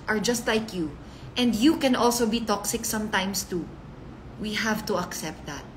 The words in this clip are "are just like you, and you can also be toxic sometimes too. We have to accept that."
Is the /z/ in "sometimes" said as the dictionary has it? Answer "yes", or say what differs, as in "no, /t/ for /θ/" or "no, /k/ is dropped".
no, /s/ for /z/